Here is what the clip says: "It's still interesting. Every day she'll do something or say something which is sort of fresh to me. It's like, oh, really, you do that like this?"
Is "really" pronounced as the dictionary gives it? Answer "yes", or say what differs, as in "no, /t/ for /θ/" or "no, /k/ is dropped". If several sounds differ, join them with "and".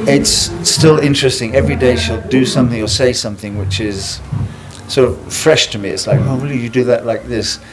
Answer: no, /w/ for /ɹ/